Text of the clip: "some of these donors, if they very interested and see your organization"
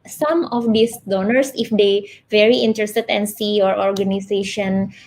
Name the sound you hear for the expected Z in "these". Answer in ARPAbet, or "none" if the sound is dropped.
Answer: S